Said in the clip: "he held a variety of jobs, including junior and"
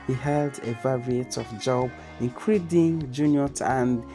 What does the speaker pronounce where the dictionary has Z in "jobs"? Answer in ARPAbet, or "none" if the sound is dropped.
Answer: none